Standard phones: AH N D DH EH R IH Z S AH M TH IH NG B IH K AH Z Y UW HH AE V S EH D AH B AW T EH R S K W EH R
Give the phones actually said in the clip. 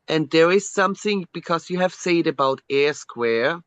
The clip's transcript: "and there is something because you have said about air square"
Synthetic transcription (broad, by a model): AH N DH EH R IH Z S AH M TH IH NG B IH K AH Z Y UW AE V S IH D AH B AW T EH R S K W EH R